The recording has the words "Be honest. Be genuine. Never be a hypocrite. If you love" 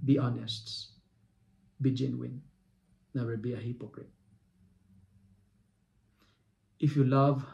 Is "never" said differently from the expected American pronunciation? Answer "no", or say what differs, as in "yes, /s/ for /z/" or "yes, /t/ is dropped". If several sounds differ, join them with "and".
yes, /w/ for /v/